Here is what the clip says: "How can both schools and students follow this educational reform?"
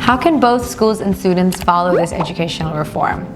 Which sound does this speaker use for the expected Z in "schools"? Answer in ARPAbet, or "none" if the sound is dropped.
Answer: Z